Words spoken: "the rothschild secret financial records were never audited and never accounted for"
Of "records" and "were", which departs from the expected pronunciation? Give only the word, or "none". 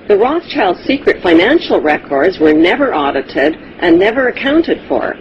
none